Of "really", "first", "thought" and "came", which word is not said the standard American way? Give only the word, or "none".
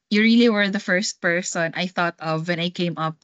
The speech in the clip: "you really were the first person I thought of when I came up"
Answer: none